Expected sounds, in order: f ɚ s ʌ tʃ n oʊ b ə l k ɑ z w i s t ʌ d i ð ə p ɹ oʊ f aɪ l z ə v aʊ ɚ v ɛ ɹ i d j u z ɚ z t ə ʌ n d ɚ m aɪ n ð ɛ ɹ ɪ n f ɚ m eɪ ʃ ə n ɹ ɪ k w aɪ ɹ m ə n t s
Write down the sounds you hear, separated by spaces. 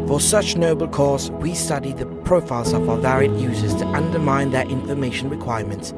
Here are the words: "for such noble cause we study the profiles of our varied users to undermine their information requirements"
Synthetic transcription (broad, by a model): f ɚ s ʌ tʃ n oʊ b ə l k ɑ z w i s t ʌ d i ð ə p ɹ oʊ f aɪ l z ə v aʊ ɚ v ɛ ɹ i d j u z ɚ z t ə ʌ n d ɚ m aɪ n ð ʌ ɹ ɪ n f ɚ m eɪ ʃ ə n ɹ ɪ k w aɪ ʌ m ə n t s